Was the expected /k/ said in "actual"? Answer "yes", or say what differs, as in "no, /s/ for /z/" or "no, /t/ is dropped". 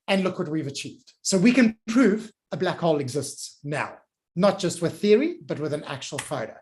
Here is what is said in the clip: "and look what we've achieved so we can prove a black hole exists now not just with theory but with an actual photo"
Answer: yes